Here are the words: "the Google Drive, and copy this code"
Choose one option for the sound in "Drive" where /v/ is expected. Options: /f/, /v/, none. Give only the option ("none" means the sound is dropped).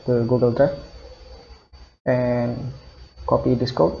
/f/